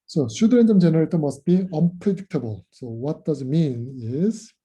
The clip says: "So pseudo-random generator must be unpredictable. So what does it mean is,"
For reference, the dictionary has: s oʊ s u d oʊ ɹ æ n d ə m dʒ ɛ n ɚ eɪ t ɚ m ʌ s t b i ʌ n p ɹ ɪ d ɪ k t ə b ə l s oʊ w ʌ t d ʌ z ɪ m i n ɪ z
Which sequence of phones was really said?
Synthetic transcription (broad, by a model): s oʊ ʃ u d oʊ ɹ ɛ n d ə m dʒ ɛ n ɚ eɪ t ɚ m ʌ s t b i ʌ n p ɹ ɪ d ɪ k t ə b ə l s oʊ w ʌ t d ʌ z ɪ m i n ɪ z